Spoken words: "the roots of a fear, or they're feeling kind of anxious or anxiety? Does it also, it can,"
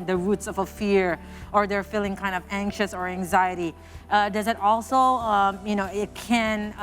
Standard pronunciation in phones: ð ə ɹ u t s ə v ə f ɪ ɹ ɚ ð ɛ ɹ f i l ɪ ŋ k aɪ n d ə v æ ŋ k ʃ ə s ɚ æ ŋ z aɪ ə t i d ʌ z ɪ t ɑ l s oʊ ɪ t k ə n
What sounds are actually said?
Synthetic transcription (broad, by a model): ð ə ɹ u t s ə v ə f ɪ ɹ ɚ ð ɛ ɹ f i l ɪ ŋ k aɪ n d ə v æ ŋ k ʃ ə s ɚ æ ŋ z aɪ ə t i d ʌ z ɪ t ɑ l s oʊ ɪ t k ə n